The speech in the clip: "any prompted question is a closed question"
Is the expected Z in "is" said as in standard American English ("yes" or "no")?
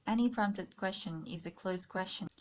yes